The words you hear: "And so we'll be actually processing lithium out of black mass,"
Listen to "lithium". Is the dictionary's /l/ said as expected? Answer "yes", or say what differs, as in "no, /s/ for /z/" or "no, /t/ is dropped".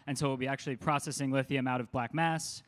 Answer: no, /w/ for /l/